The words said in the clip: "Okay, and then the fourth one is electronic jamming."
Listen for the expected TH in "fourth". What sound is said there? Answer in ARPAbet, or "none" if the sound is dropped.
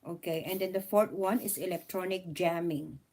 T